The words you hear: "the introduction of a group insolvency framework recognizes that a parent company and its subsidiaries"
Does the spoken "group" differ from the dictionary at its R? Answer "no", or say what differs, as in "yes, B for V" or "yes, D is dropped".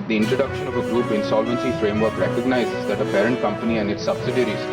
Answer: yes, R is dropped